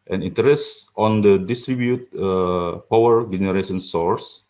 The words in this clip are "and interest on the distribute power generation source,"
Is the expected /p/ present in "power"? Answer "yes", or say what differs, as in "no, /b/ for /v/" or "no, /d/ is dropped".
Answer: yes